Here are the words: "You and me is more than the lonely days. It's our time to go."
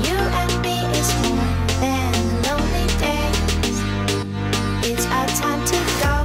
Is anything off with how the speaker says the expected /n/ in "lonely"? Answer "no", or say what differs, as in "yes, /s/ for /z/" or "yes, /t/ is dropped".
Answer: no